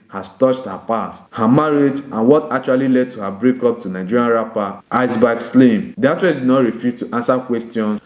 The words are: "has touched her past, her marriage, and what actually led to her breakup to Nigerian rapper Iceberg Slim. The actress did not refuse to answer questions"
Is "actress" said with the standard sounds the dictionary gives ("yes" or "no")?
no